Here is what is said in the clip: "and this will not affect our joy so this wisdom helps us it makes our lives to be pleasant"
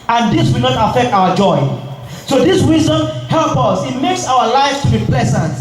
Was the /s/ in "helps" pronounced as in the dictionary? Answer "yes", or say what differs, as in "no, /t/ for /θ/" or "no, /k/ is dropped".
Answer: no, /s/ is dropped